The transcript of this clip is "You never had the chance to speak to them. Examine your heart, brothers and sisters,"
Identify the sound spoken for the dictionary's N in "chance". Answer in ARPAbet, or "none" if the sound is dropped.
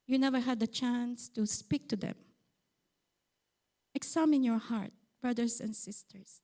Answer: N